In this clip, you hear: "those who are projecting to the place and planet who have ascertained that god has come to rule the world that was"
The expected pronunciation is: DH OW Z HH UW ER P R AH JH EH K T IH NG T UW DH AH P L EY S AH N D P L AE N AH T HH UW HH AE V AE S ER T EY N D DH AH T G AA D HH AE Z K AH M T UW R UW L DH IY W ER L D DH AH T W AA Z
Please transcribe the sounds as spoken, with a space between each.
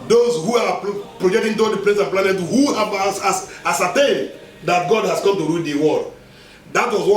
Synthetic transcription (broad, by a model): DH OW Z HH UW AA P R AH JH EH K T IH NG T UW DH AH P L EY S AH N P L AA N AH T HH UW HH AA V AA S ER T EY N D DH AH T G AA D HH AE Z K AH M T UW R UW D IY W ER D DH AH T W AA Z